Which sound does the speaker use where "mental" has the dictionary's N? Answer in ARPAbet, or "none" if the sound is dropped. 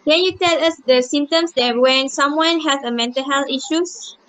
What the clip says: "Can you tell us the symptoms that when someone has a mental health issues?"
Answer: N